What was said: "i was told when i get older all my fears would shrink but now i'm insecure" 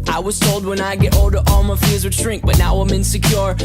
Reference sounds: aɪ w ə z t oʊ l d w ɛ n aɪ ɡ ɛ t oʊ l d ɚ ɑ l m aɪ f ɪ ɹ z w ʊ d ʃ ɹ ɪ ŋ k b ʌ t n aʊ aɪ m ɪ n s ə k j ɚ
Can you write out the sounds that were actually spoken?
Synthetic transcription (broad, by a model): aɪ w ə z t oʊ l d w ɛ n aɪ ɡ ɛ t oʊ l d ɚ ɑ l m aɪ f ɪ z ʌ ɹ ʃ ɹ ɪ ŋ k b ʌ t n aʊ aɪ m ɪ n s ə k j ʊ